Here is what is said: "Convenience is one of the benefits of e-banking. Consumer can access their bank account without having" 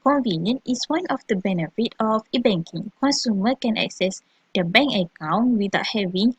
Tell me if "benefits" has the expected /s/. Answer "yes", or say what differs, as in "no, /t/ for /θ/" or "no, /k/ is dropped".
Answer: no, /s/ is dropped